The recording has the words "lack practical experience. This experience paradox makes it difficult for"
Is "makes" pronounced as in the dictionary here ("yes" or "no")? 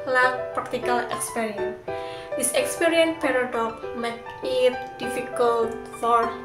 no